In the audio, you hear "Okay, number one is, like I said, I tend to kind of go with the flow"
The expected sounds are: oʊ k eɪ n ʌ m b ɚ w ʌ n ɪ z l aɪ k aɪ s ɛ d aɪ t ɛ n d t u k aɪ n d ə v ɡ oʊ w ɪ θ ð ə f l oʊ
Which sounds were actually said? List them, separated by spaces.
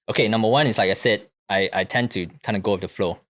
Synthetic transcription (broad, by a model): oʊ k eɪ n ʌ m b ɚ w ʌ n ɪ s l aɪ k aɪ s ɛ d aɪ t ɛ n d t u k aɪ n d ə ɡ oʊ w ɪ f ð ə f l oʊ